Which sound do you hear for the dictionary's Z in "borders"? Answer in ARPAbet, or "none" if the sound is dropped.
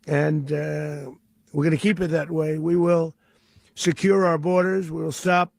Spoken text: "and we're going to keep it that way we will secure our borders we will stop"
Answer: Z